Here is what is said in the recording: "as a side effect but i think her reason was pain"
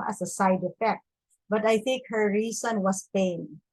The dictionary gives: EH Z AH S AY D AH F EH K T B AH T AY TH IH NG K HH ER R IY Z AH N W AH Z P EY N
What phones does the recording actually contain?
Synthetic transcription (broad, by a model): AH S AH S AY D AH F EH K T B AH T AY TH IH NG K HH ER R IY S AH N W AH S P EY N